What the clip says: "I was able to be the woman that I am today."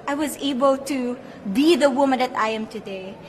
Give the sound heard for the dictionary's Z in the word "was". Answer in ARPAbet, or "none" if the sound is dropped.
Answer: Z